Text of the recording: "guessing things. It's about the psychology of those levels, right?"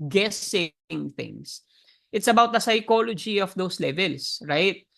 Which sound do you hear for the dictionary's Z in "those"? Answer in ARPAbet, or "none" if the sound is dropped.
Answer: S